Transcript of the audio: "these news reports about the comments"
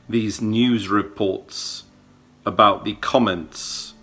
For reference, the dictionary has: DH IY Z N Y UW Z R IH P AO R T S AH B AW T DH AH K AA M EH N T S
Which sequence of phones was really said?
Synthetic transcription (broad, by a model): DH IY Z N Y UW Z R IH P AO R T S AH B AW T DH AH K AA M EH N T S